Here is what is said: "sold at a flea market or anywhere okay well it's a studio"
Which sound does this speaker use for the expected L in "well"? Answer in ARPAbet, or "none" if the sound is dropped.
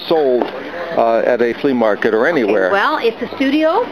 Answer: L